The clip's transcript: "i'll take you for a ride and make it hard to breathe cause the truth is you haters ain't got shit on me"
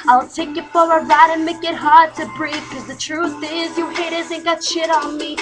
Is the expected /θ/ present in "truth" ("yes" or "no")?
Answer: yes